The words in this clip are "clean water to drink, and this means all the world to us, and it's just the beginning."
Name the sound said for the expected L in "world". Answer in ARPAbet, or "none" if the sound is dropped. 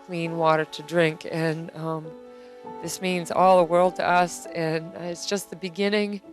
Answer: L